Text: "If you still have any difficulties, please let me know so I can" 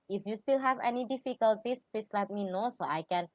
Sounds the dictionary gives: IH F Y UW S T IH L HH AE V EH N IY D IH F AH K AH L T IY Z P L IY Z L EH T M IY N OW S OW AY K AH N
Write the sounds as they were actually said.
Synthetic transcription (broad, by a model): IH F Y UW S T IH L HH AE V EH N IY D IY F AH K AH L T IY S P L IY S L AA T M IY N OW S OW AY K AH N